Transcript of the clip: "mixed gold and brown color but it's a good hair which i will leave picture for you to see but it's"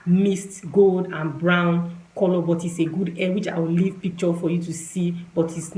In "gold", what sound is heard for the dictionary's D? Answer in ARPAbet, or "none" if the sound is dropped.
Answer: D